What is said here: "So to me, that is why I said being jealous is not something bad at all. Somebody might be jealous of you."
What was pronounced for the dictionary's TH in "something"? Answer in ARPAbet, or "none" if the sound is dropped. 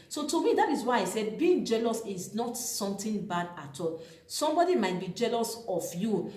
T